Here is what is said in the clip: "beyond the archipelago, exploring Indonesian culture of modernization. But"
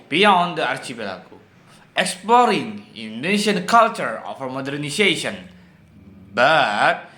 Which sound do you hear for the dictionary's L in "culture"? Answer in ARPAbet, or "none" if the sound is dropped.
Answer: L